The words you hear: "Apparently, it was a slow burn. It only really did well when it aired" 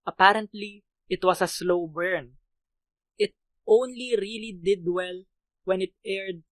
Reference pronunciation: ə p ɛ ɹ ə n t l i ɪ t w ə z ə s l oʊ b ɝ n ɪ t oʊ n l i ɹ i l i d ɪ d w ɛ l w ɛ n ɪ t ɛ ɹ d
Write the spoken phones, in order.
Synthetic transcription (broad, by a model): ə p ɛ ɹ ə n t l i ɪ t w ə s ə s l oʊ b ɝ n ɪ t oʊ n l i ɹ i l i d ɪ d w ɛ l w ɛ n ɪ t ɛ ɹ d